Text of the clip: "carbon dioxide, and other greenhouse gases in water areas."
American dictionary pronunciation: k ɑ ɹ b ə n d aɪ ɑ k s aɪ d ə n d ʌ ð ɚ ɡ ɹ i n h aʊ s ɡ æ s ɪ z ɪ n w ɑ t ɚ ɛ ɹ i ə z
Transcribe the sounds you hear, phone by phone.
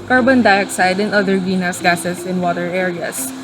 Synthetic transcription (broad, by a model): k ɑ ɹ b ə n d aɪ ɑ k s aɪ d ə n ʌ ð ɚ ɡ i n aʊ s ɡ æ s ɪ s ɪ n w ɑ t ɚ ɛ ɹ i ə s